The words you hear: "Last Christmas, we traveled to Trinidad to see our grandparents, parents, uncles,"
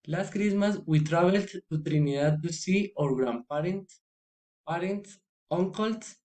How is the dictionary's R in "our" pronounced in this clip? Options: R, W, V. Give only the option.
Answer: R